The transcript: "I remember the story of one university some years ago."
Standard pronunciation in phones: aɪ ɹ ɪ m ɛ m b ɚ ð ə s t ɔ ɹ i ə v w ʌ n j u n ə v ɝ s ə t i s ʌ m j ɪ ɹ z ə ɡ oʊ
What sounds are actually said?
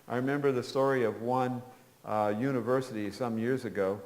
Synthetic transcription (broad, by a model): aɪ ɹ ɪ m ɛ m b ɚ ð ə s t ɔ ɹ i ə v w ʌ n j u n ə v ɝ s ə t i s ʌ m j ɪ ɹ z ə ɡ oʊ